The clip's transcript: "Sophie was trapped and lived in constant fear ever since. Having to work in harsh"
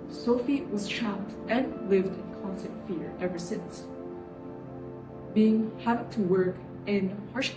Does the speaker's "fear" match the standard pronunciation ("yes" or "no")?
yes